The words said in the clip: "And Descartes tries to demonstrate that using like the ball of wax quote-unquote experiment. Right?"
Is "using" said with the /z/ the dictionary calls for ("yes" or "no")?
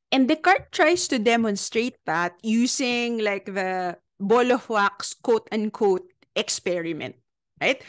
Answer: no